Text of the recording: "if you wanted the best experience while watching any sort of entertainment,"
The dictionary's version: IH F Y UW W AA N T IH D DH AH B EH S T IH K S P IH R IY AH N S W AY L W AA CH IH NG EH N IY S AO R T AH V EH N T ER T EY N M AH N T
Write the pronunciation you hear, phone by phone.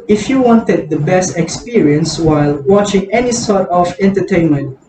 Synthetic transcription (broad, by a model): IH F Y UW W AA N T IH D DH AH B EH S T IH K S P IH R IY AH N S W AY L W AA CH IH NG EH N IY S AO R T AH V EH N T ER T EY N M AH N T